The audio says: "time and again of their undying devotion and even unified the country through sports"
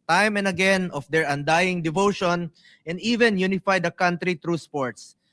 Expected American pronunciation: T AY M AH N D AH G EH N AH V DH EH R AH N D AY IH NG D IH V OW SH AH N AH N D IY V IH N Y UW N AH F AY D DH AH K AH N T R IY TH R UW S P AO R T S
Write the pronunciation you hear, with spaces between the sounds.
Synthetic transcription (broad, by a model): T AY M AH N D AH G EH N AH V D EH R AH N D AY IH NG D IH V OW SH AH N AH N D IY V IH N Y UW N AH F AY D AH K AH N T R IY T R UW S P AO R T S